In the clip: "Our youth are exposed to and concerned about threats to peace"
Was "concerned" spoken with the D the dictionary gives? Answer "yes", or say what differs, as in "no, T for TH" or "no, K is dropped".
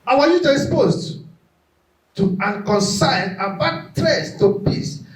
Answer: no, D is dropped